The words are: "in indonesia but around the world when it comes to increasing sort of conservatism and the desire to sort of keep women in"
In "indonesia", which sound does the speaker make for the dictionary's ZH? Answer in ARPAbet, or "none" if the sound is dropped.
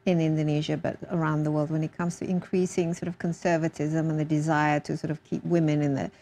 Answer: ZH